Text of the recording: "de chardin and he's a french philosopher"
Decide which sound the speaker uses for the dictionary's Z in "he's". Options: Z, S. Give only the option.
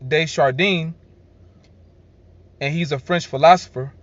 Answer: Z